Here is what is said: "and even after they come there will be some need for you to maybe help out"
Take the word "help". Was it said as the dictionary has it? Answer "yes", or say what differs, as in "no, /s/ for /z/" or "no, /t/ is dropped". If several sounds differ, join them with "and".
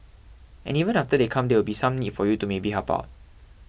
no, /l/ is dropped